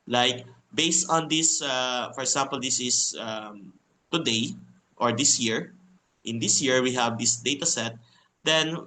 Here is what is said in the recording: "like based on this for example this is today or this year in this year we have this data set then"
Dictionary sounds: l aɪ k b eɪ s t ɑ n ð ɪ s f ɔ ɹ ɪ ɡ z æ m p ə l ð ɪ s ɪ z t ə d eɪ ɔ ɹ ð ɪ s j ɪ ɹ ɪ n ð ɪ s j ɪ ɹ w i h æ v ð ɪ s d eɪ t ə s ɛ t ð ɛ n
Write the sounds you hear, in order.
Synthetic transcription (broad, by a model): l aɪ k b eɪ s t ɑ n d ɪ s f ɔ ɹ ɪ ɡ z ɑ m p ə l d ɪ s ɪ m t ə d eɪ ɔ ɹ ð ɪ s j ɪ ɹ ɪ n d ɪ s j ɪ ɹ w i h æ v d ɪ s d eɪ t ə s ɛ t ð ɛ n